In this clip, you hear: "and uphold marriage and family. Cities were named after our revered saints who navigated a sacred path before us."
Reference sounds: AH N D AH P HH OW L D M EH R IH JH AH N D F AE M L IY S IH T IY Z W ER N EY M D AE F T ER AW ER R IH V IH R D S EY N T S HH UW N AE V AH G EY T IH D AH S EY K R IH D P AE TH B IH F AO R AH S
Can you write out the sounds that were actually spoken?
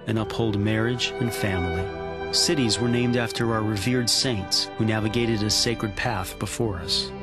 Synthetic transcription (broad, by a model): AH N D AH P HH OW L D M EH R IH JH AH N F AE M L IY S IH T IY Z W ER N EY M D AE F T ER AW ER R IH V IH R D S EY N T S HH UW N AE V AH G EY T IH D AH S EY K R IH D P AE TH B IH F AO R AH S